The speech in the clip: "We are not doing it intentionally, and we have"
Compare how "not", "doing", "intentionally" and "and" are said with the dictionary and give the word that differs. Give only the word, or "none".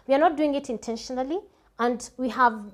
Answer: none